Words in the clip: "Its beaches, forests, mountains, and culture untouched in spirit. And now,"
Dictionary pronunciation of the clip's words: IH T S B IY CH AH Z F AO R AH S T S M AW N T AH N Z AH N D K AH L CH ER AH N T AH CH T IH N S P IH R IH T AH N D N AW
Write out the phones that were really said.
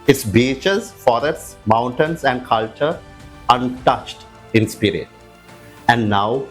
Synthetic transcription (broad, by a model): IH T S B IY CH AH Z F AO R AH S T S M AW N T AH N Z AH N D K AH L CH ER AH N T AH CH T IH N S P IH R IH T AH N D N AW